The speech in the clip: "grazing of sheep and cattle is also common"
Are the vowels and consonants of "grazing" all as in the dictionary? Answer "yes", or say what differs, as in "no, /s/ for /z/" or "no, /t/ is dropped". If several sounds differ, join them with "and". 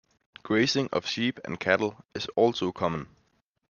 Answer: no, /s/ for /z/